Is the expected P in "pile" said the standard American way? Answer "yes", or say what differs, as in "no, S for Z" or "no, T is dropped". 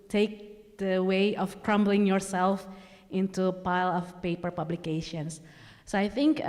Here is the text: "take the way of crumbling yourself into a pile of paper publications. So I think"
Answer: yes